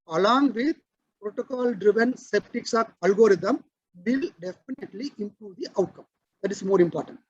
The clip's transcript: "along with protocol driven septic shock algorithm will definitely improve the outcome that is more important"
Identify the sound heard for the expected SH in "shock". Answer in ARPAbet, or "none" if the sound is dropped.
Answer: S